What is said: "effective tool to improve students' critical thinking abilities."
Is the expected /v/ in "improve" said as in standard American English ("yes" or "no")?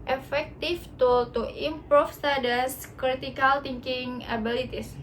no